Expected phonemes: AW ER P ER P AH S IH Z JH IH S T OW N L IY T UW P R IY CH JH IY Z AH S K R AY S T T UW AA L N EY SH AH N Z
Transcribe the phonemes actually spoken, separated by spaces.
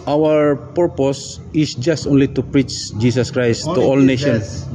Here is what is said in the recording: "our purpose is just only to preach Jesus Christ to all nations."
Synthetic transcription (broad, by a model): AW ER P ER P AH S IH S JH IH S T OW N L IY T UW P R IY CH JH IY S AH S K R AY S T T UW AA L N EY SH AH N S